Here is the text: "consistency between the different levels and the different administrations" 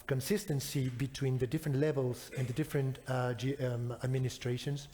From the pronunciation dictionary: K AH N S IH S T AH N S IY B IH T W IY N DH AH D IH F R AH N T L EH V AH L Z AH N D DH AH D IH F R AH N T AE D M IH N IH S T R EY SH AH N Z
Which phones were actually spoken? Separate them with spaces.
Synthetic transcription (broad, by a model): K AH N S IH S T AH N S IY B IH T W IY N DH AH D IH F R AH N T L EH V AH L Z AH N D DH AH D IH F R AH N T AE D M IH N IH S T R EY SH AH N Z